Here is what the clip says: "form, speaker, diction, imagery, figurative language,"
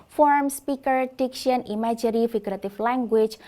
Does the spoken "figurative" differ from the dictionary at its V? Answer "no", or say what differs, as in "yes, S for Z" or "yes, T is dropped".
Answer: yes, F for V